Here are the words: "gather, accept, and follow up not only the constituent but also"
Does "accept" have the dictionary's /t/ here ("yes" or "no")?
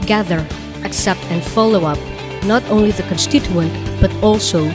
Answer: yes